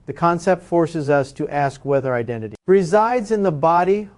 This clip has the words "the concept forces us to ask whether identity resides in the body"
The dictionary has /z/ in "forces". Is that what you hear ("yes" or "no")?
yes